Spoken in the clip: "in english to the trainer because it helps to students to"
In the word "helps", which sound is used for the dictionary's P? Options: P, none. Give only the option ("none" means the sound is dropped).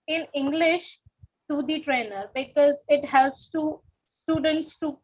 P